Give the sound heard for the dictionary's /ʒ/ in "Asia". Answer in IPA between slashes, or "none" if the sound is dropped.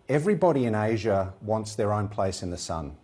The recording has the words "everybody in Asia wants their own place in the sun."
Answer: /ʒ/